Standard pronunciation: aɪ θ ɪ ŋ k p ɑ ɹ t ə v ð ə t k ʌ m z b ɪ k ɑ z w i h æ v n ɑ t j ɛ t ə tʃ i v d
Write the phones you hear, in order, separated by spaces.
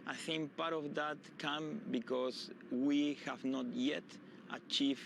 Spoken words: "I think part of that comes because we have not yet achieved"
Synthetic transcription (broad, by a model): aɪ θ ɪ ŋ k p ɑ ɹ t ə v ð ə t k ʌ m b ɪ k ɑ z w i h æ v n ɑ t j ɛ t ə tʃ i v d